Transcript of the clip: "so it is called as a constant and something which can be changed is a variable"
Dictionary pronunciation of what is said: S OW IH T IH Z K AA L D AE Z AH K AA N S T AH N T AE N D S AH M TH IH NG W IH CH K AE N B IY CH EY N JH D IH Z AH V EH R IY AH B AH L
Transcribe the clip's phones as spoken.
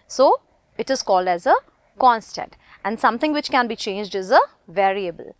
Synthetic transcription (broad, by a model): S OW IH T IH Z K AA L D AE Z AH K AA N S T AH N T AE N D S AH M T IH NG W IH CH K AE N B IY CH EY N JH D IH Z AH V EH R IY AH B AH L